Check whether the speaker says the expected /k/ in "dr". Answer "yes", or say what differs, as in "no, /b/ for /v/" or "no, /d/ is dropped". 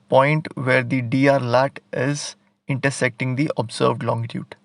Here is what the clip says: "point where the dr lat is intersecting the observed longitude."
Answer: no, /k/ is dropped